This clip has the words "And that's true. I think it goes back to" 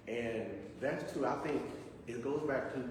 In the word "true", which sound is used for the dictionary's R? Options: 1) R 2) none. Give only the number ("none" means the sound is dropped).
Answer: 2